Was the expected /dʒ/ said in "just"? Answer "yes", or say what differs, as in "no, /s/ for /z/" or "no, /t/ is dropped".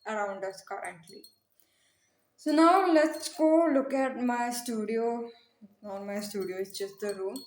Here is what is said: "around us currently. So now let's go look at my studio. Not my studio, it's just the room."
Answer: no, /tʃ/ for /dʒ/